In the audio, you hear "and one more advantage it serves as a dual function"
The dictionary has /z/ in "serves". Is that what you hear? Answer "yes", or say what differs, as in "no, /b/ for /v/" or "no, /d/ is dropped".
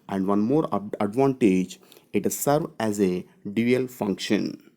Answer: no, /z/ is dropped